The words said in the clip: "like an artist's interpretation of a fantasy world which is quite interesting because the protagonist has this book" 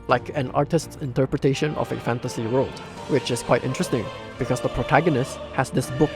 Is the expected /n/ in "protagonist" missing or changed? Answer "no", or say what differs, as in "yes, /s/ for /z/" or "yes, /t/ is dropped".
no